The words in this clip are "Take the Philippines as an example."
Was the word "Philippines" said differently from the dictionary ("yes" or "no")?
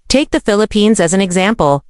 no